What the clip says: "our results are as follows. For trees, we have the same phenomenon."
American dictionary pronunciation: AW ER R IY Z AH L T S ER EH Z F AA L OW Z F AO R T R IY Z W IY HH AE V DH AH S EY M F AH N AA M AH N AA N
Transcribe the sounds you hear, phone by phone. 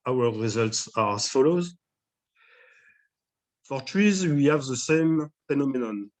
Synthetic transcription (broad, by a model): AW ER R IY Z AH L T S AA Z F AA L OW Z F AO R T R IY Z W IY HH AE V DH AH S EY M F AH N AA M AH N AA N